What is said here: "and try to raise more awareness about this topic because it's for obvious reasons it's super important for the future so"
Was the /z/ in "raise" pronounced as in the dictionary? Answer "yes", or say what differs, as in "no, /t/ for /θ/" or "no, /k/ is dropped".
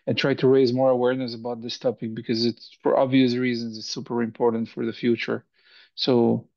yes